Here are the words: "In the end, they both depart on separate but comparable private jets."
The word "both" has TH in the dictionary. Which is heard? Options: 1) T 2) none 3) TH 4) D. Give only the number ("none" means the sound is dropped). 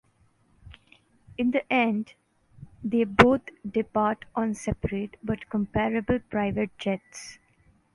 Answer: 1